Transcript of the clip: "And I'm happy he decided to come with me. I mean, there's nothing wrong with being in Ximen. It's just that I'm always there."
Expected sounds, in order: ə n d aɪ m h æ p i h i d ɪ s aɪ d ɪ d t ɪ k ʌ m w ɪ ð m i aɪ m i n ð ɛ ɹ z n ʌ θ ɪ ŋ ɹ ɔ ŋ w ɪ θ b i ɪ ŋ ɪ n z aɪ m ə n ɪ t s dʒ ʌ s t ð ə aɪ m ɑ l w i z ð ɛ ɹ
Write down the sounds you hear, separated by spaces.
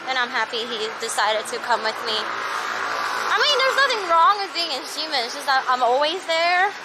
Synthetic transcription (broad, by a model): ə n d aɪ m h æ p i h i d ɪ s aɪ d ɪ d t ɪ k ʌ m w ɪ ð m i aɪ m i n ð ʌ ɹ z n ʌ θ ɪ ŋ ɹ ɔ ŋ w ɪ b i ɪ ŋ ɪ n s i m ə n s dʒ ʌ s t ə aɪ m ɑ l w i z ð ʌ ɹ